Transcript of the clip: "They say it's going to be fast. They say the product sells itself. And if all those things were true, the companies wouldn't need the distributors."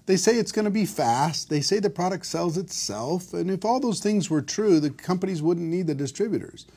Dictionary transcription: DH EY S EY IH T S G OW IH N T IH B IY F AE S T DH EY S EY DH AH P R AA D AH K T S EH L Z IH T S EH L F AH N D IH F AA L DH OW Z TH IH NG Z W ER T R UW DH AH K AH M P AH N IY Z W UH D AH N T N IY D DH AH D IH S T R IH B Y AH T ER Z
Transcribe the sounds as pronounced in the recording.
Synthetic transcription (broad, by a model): DH EY S EY IH T S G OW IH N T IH B IY F AE S T DH EY S EY DH AH P R AA D AH K T S EH L Z IH T S EH L F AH N IH F AA L DH OW Z TH IH NG Z W ER T R UW DH AH K AH M P AH N IY Z W UH D N N IY D DH AH D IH S T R IH B Y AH T ER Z